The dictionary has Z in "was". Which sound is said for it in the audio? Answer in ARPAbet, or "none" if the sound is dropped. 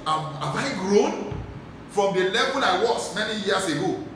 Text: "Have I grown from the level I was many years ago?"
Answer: S